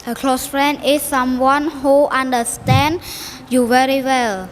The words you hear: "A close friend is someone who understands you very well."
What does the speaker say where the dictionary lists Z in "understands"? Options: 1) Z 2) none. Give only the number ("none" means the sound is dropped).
2